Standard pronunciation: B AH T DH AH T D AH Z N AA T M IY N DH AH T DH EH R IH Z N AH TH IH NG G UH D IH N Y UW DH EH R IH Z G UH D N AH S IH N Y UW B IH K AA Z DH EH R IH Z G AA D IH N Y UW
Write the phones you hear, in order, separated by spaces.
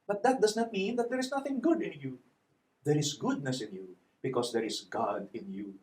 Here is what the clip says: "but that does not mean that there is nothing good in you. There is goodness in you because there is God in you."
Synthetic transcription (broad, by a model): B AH T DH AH T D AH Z N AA T M IY N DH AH T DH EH R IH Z N AH TH IH NG G UH D IH N Y UW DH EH R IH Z G UH D N AH S IH N Y UW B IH K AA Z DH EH R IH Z G AA D IH N Y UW